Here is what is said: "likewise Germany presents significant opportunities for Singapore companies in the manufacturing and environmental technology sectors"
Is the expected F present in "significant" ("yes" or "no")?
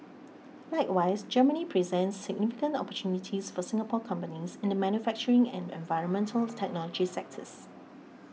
yes